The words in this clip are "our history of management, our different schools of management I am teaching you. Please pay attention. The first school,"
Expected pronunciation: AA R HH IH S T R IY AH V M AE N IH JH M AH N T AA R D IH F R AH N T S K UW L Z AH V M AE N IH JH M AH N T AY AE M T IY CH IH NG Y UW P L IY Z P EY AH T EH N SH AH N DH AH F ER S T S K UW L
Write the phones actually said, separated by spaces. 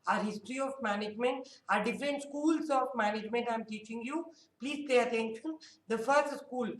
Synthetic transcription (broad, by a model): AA R HH IH S T R IY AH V M AE N IH JH M AH N T AA R D IH F R AH N T S K UW L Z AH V M AE N IH JH M AH N T AY M T IY CH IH NG Y UW P L IY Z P EY AH T EH N SH AH N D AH F ER S T S K UW L